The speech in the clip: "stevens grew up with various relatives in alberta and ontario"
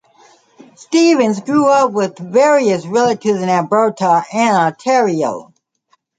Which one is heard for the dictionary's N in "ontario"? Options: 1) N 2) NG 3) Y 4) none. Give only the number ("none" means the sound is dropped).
4